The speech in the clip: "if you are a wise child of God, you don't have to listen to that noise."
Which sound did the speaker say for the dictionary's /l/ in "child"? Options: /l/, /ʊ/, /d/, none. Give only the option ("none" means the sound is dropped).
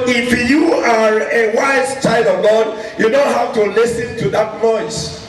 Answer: /l/